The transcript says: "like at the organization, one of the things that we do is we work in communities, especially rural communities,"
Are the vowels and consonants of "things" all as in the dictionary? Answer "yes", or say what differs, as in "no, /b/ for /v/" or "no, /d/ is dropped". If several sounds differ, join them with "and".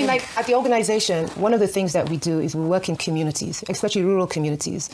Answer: yes